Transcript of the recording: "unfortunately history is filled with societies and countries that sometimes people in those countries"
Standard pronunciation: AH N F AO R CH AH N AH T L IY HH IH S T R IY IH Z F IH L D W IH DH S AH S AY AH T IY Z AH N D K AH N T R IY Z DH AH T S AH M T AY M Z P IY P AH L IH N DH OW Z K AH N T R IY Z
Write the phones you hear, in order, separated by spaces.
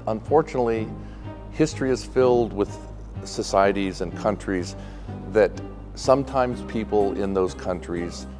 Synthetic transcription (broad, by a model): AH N F AO R CH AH N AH T L IY HH IH S T R IY IH Z F IH L D W IH DH S AH S AY AH T IY Z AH N K AH N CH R IY Z DH AH T S AH M T AY M Z P IY P L IH N DH OW Z K AH N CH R IY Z